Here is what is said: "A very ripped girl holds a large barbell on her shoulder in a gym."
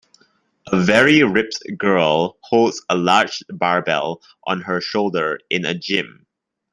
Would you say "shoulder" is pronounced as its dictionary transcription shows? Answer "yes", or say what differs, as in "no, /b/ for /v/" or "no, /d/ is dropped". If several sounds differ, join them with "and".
yes